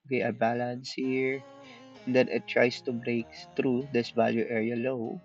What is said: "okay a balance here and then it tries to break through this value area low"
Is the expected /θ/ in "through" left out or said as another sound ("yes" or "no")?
yes